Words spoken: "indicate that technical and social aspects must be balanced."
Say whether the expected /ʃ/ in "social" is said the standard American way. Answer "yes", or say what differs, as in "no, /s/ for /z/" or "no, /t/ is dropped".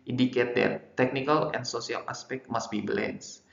no, /s/ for /ʃ/